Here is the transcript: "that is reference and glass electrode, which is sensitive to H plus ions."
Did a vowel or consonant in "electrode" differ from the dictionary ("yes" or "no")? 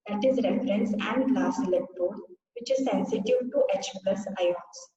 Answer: yes